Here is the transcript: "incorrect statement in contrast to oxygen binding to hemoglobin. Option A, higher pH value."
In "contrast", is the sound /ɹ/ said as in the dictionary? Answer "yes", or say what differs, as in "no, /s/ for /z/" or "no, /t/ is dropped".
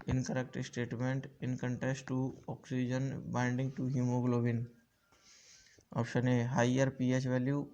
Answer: no, /ɹ/ is dropped